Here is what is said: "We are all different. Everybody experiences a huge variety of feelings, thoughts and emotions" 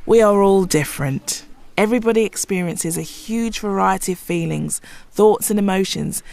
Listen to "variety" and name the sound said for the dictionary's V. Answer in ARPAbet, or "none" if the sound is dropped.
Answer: V